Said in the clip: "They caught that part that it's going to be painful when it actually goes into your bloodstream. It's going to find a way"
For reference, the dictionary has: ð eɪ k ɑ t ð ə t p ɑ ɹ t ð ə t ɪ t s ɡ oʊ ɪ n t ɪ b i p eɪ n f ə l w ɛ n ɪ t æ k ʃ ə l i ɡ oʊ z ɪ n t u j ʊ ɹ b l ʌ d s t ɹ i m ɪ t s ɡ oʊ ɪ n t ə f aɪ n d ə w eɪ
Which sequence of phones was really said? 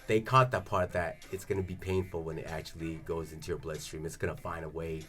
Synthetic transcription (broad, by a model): ð eɪ k ɑ t ð ə t p ɑ ɹ t ð ə t ɪ t s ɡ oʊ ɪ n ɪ b i p eɪ n f l w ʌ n ɪ t æ k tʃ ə l i ɡ oʊ z ɪ n t u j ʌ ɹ b l ʌ d s t ɹ i m ɪ t s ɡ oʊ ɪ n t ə f aɪ n d ə w eɪ